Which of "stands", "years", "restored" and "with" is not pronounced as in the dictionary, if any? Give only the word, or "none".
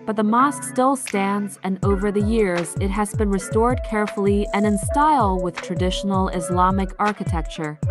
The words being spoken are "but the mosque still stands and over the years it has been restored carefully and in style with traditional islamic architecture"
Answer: none